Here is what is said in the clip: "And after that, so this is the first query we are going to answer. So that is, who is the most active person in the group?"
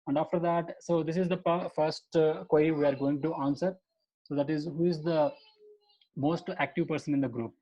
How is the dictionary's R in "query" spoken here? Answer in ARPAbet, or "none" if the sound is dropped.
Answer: none